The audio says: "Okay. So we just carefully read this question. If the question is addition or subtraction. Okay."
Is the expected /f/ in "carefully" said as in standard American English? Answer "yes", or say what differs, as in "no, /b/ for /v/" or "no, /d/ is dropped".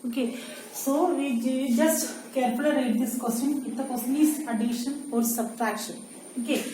no, /p/ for /f/